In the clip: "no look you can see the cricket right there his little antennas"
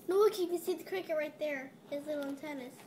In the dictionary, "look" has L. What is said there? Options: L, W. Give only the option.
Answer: W